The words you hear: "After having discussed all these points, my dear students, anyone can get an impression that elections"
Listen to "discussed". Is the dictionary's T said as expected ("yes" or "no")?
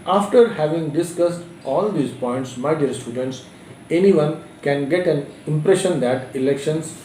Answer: yes